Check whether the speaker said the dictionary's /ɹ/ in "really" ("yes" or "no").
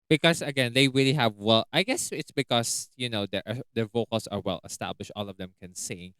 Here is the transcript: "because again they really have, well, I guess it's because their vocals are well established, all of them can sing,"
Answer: yes